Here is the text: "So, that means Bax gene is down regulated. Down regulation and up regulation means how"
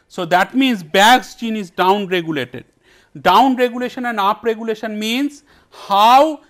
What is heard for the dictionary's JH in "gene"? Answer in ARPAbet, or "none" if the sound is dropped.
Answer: CH